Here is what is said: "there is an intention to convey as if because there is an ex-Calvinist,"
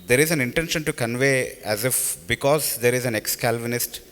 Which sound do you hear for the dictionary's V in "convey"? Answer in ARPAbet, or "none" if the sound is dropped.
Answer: V